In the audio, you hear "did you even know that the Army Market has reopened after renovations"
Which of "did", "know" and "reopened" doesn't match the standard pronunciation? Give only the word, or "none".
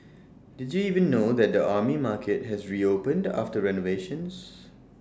none